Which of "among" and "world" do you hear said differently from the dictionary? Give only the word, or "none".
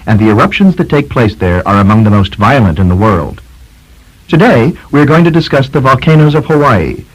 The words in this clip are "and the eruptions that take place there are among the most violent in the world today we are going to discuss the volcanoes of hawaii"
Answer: none